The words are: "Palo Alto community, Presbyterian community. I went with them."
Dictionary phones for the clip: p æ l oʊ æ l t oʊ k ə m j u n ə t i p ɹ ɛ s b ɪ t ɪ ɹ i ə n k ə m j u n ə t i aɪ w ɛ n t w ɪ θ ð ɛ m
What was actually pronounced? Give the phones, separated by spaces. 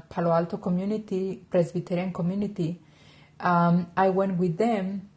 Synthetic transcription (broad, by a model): p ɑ l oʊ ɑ l t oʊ k ə m j u n ə t i p ɹ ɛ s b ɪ t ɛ ɹ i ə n k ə m j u n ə t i aɪ w ɛ n t w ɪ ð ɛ m